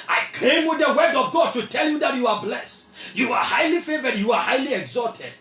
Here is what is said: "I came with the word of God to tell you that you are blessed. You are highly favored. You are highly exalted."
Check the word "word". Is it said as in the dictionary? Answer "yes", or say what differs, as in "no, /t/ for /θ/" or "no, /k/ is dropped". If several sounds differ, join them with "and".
yes